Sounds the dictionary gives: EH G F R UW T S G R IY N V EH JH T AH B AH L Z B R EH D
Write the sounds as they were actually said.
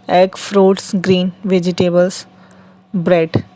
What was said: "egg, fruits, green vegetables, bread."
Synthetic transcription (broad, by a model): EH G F R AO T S G R IY N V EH JH T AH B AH L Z B R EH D